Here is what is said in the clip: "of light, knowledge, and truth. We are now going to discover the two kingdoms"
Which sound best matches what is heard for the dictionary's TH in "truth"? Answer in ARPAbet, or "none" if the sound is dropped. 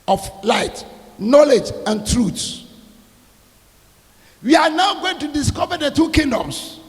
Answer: S